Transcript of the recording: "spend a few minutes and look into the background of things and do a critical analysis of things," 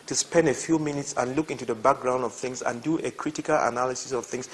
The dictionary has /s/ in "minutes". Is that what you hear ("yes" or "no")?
yes